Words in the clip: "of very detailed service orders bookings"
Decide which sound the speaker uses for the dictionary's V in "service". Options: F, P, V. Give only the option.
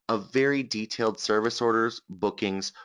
V